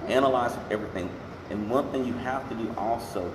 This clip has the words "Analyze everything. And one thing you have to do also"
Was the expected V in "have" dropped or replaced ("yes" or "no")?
yes